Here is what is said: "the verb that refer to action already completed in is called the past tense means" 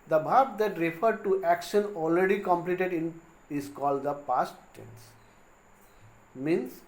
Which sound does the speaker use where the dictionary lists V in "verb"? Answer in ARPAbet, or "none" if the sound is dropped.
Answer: B